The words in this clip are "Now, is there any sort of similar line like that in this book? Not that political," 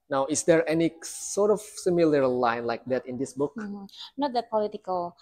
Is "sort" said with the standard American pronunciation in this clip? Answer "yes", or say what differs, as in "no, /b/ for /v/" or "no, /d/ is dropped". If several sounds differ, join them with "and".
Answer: yes